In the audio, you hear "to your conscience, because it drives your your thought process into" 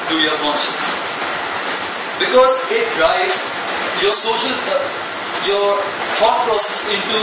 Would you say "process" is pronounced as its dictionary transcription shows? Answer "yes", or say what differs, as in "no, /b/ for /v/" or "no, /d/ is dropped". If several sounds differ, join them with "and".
yes